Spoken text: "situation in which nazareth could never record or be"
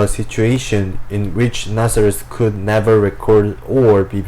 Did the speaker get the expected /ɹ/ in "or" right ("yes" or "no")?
yes